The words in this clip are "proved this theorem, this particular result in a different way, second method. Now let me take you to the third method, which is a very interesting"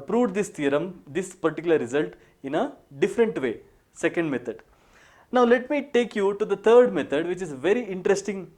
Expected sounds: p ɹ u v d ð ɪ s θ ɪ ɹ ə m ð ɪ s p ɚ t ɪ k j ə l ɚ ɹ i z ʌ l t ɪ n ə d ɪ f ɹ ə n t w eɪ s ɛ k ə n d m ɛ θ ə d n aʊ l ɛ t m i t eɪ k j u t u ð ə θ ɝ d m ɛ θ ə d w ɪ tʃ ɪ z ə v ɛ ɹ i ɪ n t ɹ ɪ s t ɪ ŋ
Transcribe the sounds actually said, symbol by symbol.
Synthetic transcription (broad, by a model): p ɹ u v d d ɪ s t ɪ ɹ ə m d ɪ s p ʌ t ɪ k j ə l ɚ ɹ i z ʌ l t ɪ n ə d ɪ f ɹ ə n t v eɪ s ɛ k ə n d m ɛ t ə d n aʊ l ɛ t m i t eɪ k j u t u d ə t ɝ d m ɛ t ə d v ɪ tʃ ɪ z v ɛ ɹ i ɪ n t ɹ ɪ s t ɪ ŋ